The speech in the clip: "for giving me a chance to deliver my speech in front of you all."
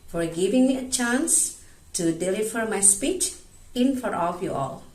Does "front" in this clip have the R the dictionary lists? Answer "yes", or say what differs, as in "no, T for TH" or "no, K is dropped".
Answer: no, R is dropped